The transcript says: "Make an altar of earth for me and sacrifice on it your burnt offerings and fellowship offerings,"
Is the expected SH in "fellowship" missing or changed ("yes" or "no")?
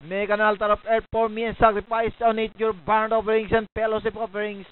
yes